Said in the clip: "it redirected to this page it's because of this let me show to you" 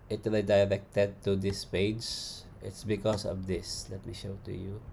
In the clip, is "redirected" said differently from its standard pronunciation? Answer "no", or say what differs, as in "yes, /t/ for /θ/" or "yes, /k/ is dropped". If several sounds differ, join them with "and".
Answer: yes, /l/ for /ɹ/